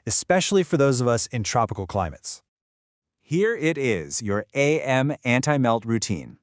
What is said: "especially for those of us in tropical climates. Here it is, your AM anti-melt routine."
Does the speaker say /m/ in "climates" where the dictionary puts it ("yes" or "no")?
yes